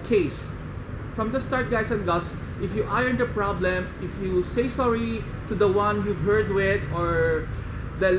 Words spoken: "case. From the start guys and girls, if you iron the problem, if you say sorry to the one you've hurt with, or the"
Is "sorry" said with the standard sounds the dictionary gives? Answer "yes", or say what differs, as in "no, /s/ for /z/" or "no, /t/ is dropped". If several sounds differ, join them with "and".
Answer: yes